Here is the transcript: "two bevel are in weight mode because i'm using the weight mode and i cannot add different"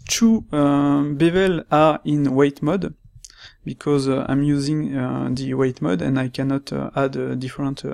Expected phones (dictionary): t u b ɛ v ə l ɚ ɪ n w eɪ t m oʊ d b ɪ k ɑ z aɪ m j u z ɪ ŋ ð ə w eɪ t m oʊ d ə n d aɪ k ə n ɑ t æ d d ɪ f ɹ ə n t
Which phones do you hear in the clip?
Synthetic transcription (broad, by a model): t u b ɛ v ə l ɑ ɪ n w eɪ t m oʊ d b ɪ k ɑ z aɪ m j u z ɪ ŋ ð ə w eɪ t m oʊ d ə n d aɪ k ə n ɑ t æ d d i f ɹ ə n t